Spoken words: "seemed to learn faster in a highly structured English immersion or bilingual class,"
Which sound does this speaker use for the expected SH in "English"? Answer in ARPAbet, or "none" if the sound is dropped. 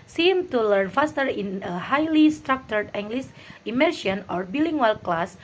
S